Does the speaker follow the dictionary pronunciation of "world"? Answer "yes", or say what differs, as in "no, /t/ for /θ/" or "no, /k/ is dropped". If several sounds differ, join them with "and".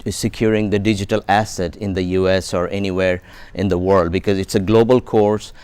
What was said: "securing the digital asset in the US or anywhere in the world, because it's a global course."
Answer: yes